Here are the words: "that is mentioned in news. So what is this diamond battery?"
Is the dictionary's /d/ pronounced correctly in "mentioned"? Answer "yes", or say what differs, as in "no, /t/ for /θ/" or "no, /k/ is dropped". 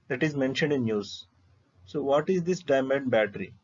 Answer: yes